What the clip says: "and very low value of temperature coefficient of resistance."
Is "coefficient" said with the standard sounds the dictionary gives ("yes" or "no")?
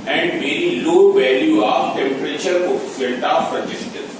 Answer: no